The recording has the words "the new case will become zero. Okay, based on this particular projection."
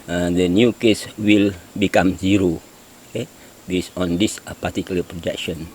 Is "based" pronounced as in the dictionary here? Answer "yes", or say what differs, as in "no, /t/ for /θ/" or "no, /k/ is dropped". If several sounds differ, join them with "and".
no, /t/ is dropped